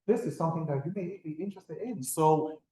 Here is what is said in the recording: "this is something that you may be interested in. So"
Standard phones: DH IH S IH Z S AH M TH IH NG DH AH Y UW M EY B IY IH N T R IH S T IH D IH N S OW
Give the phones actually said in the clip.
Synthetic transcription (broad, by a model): DH IH S IH Z S AH M TH IH NG DH AH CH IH M EY B IY IH N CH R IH S T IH D IH N S OW